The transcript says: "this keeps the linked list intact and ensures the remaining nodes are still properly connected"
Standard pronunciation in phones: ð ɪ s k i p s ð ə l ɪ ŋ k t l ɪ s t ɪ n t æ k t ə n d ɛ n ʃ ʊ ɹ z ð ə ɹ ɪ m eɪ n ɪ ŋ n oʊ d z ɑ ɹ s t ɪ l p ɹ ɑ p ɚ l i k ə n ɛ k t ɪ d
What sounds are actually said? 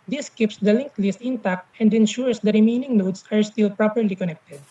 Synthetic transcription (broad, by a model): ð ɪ s k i p s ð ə l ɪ ŋ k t l ɪ s t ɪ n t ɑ k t ə n d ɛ n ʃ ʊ ɹ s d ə ɹ ɪ m eɪ n ɪ ŋ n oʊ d s ɑ ɹ s t ɪ l p ɹ ɑ p ɚ l i k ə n ɛ k t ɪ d